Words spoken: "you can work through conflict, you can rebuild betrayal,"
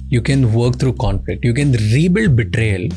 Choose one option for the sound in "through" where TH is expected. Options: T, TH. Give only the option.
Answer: T